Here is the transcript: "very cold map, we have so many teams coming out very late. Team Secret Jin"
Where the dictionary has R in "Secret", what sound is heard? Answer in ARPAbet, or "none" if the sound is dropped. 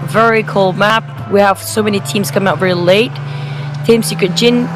none